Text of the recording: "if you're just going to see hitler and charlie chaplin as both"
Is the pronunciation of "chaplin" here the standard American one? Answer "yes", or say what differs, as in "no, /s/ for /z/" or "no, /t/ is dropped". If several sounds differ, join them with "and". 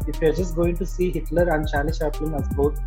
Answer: no, /ʃ/ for /tʃ/ and /l/ is dropped